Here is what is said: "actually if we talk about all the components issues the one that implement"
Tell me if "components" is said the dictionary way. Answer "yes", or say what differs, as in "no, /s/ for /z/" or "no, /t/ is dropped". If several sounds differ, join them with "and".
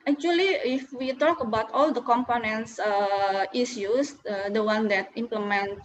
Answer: no, /s/ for /t/